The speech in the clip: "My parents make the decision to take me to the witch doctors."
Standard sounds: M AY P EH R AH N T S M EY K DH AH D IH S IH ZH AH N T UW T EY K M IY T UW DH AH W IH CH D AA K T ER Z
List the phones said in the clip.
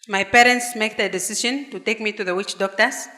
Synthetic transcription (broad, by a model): M AY P EH R AH N T S M EY K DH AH D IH S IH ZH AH N T UW T EY K M IY T UW DH AH W IH CH D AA K T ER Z